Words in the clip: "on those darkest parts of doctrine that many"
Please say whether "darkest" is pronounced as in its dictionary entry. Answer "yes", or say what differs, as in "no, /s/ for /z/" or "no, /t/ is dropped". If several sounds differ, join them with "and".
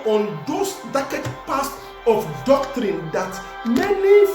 no, /s/ is dropped